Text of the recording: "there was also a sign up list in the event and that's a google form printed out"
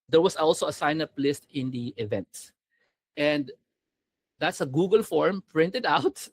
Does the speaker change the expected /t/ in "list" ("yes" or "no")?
no